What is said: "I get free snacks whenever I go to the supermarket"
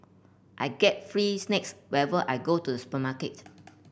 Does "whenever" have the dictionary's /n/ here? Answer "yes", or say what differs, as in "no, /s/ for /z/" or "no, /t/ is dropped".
no, /n/ is dropped